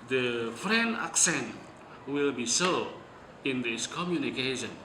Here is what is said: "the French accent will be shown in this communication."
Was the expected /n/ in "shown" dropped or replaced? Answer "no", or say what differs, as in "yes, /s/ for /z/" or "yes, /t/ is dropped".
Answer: yes, /n/ is dropped